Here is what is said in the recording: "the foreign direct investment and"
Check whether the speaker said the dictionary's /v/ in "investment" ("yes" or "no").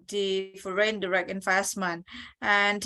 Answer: no